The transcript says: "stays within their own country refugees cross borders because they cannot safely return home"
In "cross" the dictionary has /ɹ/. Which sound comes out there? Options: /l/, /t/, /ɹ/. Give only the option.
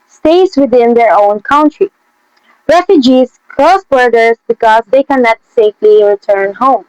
/l/